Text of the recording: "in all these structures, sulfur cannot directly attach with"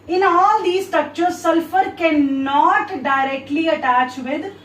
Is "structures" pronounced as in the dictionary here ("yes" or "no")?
no